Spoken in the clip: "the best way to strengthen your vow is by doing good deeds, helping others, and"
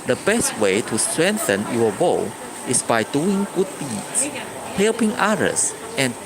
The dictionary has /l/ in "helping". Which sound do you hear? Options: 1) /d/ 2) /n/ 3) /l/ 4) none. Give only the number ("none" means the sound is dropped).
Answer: 3